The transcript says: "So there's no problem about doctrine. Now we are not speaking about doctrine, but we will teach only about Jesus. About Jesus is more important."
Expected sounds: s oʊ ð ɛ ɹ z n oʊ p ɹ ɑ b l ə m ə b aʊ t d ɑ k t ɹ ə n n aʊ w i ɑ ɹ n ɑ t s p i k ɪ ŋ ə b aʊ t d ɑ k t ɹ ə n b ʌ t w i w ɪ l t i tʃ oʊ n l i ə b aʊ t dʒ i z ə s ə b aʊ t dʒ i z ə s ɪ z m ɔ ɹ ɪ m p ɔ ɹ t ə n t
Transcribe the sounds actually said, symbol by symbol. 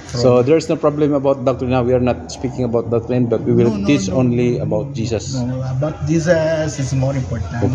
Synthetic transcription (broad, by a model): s oʊ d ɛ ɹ s n oʊ p ɹ ɑ b l ə m ə b aʊ t d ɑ k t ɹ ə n n aʊ w i ɑ ɹ n ɑ t s p i k ɪ ŋ ə b aʊ t d ɑ k t ɹ ə n b ʌ t w i w ɪ l t i tʃ oʊ n l i ə b aʊ t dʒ i s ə s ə b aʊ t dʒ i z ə s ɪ s m ɔ ɹ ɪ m p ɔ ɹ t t